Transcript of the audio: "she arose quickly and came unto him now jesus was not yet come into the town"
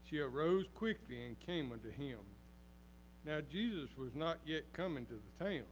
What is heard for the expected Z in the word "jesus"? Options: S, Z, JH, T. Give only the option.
Z